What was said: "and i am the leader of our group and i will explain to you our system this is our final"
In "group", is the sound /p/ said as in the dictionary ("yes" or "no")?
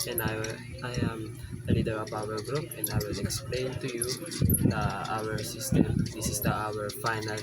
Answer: yes